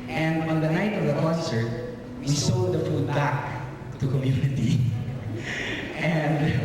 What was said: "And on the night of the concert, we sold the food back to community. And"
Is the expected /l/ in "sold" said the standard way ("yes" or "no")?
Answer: no